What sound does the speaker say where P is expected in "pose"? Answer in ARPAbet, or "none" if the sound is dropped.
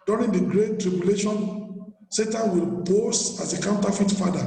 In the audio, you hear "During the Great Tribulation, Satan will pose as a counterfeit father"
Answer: B